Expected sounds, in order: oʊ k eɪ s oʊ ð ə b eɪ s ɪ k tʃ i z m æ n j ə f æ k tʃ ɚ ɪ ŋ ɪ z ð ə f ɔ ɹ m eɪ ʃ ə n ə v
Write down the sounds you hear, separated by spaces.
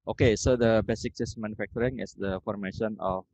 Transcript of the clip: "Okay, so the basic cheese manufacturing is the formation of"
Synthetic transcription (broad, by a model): oʊ k eɪ s oʊ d ə b eɪ s ɪ k s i s m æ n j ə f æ k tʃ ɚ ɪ ŋ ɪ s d ə f ɔ ɹ m eɪ ʃ ə n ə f